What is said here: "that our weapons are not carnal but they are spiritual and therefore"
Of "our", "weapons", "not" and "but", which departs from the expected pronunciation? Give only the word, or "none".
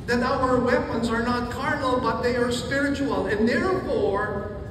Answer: none